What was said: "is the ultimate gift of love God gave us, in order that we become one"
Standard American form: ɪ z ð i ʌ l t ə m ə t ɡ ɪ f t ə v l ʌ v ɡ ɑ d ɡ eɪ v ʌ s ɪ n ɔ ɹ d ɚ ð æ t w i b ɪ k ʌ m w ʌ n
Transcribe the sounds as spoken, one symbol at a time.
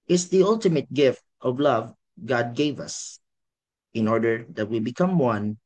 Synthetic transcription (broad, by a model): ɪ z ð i ʌ l t ə m ə t ɡ ɪ f t ə v l ʌ v ɡ ɑ d ɡ eɪ v ʌ s ɪ n ɔ ɹ d ɚ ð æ t w i b ɪ k ʌ m w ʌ n